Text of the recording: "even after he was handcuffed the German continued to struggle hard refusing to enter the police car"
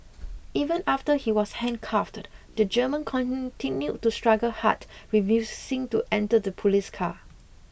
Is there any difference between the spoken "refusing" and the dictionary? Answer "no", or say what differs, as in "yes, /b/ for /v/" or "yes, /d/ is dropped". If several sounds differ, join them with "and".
yes, /s/ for /z/